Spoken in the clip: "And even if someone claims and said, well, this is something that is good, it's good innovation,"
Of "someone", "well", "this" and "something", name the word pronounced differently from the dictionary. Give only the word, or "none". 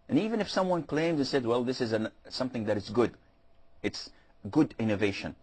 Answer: none